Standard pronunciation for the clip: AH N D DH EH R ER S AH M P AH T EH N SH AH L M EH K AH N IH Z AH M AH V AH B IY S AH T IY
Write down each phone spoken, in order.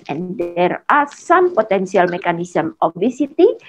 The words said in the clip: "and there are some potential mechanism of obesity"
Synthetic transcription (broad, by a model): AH N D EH R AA S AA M P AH T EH N S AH L M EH K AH N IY S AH M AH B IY S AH T IY